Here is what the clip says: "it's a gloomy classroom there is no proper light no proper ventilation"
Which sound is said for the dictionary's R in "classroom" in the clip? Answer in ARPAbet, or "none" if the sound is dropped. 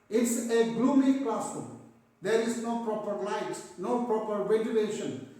none